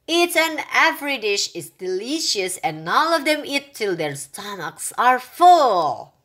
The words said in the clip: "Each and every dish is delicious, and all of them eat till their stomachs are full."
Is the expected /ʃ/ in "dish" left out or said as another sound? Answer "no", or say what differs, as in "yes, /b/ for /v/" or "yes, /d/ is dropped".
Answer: no